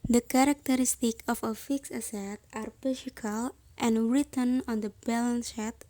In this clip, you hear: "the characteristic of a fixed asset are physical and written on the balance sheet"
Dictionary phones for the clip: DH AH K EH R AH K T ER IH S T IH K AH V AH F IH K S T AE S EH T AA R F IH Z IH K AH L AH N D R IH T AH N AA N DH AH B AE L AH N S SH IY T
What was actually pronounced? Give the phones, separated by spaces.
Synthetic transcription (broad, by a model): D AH K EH R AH K T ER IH S T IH K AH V AH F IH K S AE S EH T AA R P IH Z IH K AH L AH N R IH T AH N AA N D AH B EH L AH N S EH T